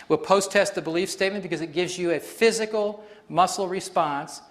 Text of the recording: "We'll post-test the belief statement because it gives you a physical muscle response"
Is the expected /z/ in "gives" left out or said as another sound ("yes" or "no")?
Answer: no